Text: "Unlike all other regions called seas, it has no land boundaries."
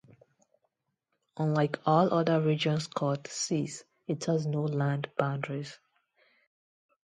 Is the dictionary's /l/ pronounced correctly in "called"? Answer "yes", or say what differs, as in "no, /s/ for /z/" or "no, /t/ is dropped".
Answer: no, /l/ is dropped